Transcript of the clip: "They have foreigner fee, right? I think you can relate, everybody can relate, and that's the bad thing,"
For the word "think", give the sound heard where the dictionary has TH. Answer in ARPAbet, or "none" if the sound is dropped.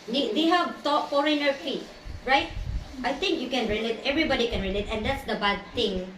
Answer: T